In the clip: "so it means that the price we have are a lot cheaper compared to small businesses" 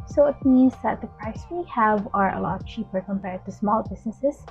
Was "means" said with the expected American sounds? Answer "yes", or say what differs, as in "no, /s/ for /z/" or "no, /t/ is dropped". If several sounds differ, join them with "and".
yes